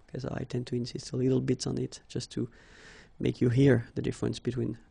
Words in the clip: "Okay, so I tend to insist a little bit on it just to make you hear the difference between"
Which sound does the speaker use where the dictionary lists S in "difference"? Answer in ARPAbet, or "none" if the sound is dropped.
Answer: S